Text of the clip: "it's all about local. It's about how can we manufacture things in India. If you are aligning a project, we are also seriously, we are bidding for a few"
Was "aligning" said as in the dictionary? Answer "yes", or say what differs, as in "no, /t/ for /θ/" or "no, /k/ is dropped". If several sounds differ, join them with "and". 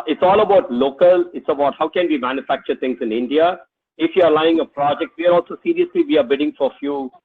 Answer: no, /n/ is dropped